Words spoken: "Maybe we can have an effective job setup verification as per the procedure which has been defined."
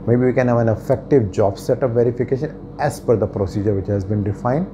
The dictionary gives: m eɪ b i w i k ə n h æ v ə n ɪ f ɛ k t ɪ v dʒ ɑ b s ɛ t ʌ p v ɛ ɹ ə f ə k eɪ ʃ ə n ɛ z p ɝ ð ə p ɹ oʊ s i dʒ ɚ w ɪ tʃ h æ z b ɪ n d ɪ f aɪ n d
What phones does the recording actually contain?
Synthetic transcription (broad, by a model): m eɪ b i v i k ə n h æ v ə n ɪ f ɛ k t ɪ v dʒ ɑ b s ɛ t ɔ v v ɛ ɹ ə f ə k eɪ ʃ ə n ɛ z f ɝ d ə p ɹ oʊ s i dʒ ɚ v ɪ tʃ h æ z b ɪ n d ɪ f aɪ n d